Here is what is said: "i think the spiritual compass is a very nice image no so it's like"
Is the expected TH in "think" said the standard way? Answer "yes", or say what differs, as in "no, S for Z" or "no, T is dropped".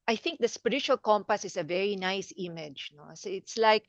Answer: yes